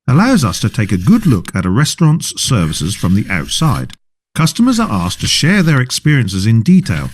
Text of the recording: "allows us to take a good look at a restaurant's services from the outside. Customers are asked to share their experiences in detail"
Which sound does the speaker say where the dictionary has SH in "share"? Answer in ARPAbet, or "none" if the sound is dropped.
SH